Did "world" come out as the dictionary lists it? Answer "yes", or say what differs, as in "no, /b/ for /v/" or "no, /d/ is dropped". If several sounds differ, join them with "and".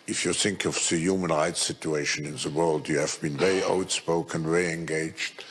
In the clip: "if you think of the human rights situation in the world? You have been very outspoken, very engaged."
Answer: yes